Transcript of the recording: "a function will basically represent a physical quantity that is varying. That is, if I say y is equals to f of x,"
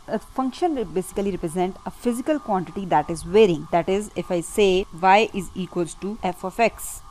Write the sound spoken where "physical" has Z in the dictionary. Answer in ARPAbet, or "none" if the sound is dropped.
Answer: Z